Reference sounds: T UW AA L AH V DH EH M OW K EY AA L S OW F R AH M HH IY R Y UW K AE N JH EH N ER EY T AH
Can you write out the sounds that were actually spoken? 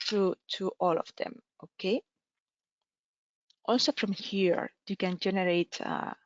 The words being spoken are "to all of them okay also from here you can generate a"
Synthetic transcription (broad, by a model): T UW AA L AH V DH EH M OW K EY AA L S OW F R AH M HH IY R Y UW K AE N JH EH N ER EY T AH